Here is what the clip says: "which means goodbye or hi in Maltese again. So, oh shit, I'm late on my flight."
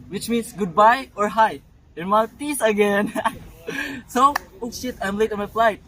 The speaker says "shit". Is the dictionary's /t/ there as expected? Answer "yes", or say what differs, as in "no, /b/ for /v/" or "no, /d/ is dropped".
yes